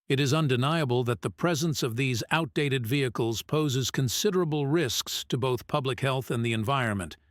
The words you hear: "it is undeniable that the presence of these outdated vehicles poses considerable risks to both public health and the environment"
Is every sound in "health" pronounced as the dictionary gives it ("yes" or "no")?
yes